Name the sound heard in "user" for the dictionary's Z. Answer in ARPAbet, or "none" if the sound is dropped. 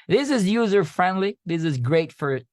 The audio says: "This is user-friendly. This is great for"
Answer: Z